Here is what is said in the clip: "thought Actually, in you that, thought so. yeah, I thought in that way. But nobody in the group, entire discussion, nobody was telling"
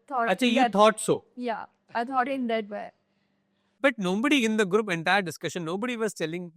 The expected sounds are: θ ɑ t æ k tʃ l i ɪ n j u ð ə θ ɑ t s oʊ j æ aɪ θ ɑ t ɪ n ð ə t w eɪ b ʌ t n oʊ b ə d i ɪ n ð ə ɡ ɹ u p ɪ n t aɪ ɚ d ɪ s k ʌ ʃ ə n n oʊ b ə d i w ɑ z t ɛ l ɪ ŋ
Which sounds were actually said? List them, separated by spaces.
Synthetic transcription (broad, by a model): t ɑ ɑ tʃ i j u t ɑ t s oʊ j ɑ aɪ t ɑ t ɪ n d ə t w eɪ b ʌ t n oʊ b ə d i ɪ n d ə ɡ ɹ u p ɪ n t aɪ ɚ d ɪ s k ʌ ʃ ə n n oʊ b ə d i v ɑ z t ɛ l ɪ ŋ